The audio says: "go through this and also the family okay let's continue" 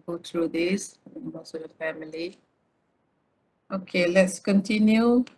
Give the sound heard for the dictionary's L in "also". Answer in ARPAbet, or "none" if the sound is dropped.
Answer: none